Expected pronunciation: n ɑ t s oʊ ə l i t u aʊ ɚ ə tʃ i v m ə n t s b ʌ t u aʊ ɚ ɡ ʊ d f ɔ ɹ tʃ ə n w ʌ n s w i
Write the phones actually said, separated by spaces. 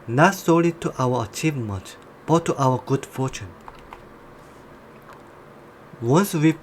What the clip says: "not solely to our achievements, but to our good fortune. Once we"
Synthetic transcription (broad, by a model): n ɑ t s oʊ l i t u aʊ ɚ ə tʃ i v m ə n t b ʌ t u aʊ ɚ ɡ ʊ d f ɔ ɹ tʃ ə n w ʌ n s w i